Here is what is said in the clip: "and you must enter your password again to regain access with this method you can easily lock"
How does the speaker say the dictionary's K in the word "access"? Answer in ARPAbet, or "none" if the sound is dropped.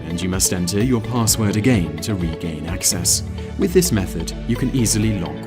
K